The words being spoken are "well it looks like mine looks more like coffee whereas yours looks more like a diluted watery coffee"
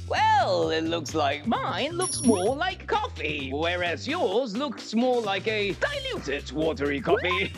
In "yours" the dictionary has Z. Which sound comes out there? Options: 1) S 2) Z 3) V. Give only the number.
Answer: 2